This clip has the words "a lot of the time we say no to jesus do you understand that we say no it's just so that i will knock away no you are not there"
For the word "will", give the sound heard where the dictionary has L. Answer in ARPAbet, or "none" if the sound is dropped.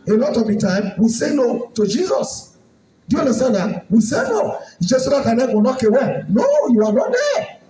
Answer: W